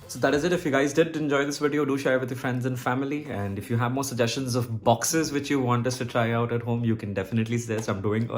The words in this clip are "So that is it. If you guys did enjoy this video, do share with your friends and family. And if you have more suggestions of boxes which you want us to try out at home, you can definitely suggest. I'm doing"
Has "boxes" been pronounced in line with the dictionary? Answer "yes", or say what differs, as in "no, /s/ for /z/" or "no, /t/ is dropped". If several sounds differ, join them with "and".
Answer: yes